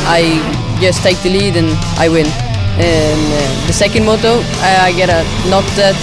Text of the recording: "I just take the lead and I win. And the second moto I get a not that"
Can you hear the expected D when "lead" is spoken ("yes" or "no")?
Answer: yes